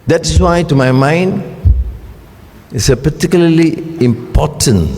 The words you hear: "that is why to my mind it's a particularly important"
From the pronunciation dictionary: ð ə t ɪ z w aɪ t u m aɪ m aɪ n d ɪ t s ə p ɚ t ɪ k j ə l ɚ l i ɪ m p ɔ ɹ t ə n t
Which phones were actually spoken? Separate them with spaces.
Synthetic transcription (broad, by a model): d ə t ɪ s w aɪ t u m aɪ m aɪ n d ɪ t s ə p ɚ t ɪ k j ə l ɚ l i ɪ m p ɔ t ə n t